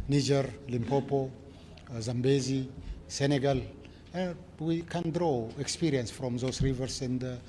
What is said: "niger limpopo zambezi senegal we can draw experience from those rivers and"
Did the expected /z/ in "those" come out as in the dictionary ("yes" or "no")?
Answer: no